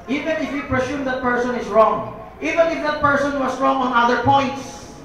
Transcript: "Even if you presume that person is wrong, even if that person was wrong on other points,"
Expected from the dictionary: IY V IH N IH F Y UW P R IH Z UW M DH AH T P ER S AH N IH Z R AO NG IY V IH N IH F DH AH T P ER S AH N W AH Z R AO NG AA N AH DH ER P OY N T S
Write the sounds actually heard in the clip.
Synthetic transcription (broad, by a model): IY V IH N IH F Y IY P R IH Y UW M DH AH T P ER S AH N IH S R AO NG IY V IH N IH F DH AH T P ER S AH N W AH S R AO NG AA N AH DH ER P OY N T S